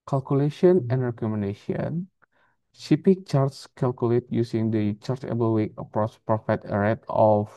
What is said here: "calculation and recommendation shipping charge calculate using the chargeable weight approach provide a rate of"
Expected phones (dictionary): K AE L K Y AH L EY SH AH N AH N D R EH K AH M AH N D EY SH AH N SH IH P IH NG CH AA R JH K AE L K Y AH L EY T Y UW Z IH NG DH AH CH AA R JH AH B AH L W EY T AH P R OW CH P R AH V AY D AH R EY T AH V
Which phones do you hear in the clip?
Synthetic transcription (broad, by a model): K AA L K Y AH L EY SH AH N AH N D R EH K AH M AH N D EY SH AH N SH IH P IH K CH AA R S K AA L K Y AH L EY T Y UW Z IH NG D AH CH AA R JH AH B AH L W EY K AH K R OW S P R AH F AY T AH R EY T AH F